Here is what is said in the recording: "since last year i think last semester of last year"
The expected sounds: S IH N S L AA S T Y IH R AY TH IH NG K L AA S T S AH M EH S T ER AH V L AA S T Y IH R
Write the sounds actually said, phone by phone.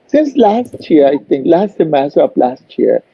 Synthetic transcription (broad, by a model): S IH N S L AA S T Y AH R AY T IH NG K L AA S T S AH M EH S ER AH P L AA S T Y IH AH